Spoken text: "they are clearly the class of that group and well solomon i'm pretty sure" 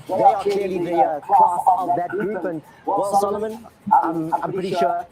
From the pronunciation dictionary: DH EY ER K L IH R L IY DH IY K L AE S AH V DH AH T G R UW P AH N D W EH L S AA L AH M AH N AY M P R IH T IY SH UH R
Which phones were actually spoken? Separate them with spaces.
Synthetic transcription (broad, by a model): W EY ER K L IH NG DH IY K AE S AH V DH AH T G R UW P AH N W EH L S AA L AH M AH N AY M P R IH T IY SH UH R